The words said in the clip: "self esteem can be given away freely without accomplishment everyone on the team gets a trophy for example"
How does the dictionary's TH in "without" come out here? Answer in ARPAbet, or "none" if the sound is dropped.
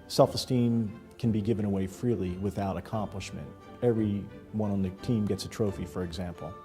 TH